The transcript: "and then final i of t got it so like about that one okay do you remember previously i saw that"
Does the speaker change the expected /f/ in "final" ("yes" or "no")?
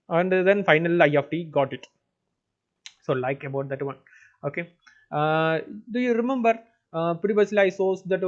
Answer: no